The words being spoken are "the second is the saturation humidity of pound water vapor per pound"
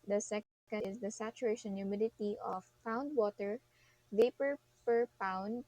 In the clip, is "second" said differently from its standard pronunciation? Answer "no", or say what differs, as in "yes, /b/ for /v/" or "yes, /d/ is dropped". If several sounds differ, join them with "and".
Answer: yes, /n/ is dropped